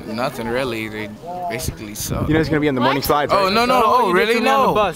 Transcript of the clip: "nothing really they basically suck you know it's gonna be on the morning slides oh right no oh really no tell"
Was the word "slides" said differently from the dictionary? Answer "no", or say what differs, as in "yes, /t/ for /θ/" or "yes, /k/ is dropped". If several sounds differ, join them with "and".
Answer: yes, /z/ is dropped